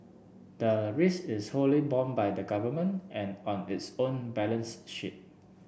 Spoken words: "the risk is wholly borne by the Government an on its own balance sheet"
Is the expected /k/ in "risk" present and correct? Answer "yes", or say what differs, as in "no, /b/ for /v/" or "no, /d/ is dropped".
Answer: no, /k/ is dropped